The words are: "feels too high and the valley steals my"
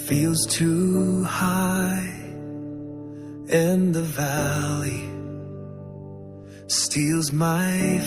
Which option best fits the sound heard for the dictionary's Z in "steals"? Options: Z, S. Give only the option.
Z